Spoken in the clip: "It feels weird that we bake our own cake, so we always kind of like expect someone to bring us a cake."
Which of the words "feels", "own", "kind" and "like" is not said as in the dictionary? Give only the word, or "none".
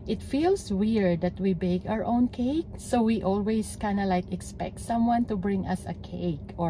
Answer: feels